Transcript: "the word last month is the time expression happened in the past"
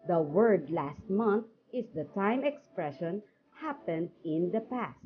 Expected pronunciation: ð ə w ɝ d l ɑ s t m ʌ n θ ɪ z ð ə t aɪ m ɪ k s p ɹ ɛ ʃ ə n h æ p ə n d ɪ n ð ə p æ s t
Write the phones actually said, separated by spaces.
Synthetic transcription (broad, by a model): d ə w ɝ d l ɑ s t m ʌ n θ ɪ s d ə t aɪ m ɪ k s p ɹ ɛ ʃ ə n h æ p ə n d ɪ n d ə p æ s t